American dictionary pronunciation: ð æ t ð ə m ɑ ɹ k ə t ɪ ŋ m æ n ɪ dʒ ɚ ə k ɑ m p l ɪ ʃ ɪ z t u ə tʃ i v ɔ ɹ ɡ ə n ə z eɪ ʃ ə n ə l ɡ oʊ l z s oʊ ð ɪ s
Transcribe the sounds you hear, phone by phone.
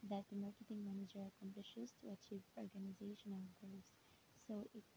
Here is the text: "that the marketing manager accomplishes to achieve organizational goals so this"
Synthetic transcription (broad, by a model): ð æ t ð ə m ɑ ɹ k ə t ɪ ŋ m æ n ɪ dʒ ɚ ə k ɑ m p l ɪ ʃ ɪ z t u ə tʃ i v ɔ ɹ ɡ ə n ə z eɪ ʃ ə n ə l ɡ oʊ z s oʊ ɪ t